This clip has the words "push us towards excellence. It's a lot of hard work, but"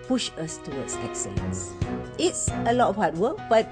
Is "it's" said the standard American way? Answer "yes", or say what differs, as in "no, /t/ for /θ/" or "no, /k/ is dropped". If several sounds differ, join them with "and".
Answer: yes